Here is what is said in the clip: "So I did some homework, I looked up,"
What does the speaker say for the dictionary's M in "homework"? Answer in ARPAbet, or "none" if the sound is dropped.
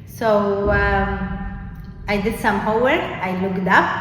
none